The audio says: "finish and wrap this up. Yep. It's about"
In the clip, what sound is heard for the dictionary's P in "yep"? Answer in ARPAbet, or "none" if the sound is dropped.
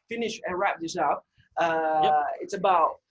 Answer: none